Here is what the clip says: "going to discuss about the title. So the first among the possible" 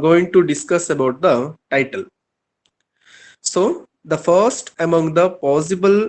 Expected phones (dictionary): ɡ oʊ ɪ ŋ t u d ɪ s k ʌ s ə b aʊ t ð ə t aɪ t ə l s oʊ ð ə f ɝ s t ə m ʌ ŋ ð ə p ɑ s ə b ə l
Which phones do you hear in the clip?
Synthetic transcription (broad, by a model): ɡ oʊ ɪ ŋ t u d ɪ s k ʌ s ə b aʊ t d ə t aɪ t ə l s oʊ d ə f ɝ s t ə m ʌ ŋ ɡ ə p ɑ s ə b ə l